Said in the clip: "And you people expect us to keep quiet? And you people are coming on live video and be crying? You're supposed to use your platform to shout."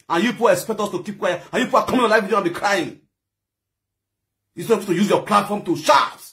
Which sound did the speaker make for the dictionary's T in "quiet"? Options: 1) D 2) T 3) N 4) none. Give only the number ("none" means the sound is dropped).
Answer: 4